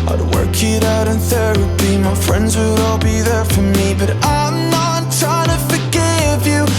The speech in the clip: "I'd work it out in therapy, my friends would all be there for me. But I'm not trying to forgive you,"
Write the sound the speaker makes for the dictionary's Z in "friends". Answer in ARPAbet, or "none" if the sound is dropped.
Z